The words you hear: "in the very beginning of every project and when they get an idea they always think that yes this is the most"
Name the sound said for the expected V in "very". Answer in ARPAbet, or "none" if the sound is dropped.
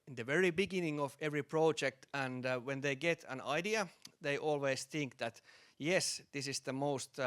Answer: V